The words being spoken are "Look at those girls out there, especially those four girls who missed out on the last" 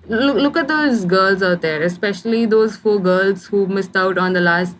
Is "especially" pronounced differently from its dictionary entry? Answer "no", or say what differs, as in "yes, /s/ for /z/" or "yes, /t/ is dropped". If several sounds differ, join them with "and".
no